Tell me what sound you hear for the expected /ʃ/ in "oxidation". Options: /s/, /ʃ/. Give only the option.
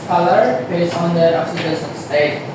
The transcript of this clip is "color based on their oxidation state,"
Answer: /s/